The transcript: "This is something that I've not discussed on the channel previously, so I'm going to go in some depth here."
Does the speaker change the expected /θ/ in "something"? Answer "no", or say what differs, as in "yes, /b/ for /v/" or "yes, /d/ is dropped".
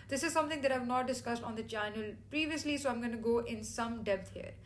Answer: yes, /t/ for /θ/